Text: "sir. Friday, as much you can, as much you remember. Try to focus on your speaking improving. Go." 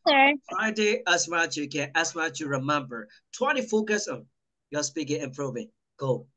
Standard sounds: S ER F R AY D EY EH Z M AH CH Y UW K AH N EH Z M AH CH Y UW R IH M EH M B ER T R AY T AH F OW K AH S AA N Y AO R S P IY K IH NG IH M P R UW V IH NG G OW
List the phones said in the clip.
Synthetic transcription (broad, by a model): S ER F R AY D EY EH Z M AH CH Y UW K AH N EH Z M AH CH Y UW R IH M EH M B ER T W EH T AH F OW K AH S AA N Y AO S P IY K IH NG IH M P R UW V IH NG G OW